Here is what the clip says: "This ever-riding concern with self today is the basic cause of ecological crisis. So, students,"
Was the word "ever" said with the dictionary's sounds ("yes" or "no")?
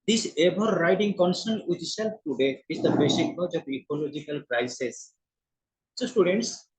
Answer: no